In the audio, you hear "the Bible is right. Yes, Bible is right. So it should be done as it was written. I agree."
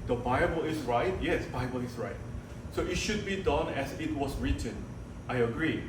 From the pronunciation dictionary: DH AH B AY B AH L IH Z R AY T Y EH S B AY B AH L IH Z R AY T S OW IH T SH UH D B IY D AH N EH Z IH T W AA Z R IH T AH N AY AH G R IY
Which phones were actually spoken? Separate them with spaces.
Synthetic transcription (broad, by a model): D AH B AY B AH L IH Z R AY T Y EH S B AY B AH L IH S R AY T S OW IH T SH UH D B IY D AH N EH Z IH T W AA S R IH T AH N AY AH G R IY